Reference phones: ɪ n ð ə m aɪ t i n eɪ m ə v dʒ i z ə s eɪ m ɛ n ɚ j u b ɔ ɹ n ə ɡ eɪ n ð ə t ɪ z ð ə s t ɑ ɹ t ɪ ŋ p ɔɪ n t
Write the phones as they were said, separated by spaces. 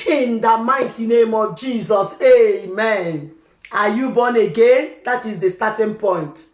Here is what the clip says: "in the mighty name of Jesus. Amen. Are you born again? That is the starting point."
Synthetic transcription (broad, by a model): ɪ n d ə m aɪ t i n eɪ m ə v dʒ i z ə s eɪ m ɛ n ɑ j u b ɔ n ə ɡ eɪ n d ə t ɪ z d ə s t ɑ t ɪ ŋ p ɔɪ n t